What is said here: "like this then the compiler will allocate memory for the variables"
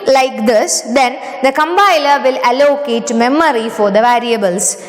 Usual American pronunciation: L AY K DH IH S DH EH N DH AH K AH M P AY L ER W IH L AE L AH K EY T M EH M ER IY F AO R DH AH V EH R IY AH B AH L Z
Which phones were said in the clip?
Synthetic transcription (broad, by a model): L AY K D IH S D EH N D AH K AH M B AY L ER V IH L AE L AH K EY T M EH M ER IY F AO R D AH V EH R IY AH B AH L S